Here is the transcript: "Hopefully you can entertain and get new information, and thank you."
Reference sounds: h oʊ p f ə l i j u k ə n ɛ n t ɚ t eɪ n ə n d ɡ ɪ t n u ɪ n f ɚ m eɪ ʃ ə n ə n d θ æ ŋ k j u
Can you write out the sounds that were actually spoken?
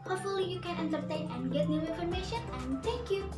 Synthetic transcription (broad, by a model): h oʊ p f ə l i j u k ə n ɛ n t ɚ t eɪ n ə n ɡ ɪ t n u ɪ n f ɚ m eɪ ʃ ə n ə n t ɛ k j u